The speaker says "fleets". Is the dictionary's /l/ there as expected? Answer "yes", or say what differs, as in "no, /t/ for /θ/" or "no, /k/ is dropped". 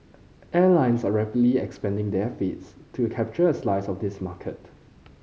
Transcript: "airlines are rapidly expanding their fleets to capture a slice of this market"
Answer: no, /l/ is dropped